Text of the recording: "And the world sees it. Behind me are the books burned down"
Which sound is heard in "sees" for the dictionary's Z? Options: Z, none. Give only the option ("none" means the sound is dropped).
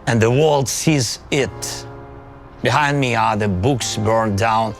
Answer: Z